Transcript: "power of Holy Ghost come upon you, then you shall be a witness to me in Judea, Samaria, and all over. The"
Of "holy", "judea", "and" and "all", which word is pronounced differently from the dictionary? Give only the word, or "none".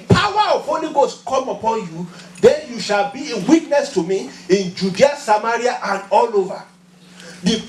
none